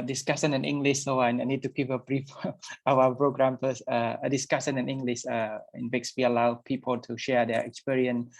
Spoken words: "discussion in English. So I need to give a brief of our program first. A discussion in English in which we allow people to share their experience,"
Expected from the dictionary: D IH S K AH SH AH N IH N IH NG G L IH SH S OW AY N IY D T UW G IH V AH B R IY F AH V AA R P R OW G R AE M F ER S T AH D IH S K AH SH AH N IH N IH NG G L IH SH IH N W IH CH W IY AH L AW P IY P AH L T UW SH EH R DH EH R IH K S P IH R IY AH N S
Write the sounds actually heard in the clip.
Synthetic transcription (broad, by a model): D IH S K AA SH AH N IH N IH NG G L IH SH S OW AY N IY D T UW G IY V AH B R IY F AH W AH P R OW G R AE M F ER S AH AH D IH S K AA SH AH N IH N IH NG G L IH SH IH N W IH S W IY AH L AW P IY P AH L T UW SH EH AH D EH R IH K S P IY R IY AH N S